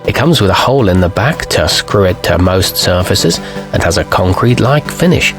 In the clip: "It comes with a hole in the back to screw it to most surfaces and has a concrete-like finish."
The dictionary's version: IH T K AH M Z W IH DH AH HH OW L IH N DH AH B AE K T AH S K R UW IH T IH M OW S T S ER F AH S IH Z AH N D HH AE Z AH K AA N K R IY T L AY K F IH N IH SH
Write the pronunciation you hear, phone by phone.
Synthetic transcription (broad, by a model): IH T K AH M Z W IH DH AH HH OW L IH N DH AH B AE K T AH S K R UW IH T IH M OW S T S ER F AH S IH Z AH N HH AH Z AH K AA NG K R IY T L AY K F IH N IH SH